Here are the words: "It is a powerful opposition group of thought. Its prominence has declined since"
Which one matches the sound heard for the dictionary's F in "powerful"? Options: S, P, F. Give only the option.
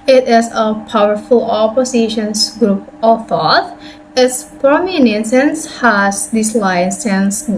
F